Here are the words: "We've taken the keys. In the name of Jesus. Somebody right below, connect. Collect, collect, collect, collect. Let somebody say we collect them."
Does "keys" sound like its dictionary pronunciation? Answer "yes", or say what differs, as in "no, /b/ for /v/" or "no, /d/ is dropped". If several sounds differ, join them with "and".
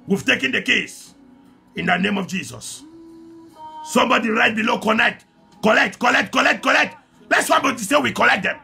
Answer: no, /s/ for /z/